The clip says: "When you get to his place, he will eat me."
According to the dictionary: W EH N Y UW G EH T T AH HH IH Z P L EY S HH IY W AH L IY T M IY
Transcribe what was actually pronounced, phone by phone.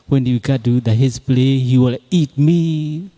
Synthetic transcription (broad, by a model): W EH N Y UW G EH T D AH HH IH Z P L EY HH IY W AH L IY T M IY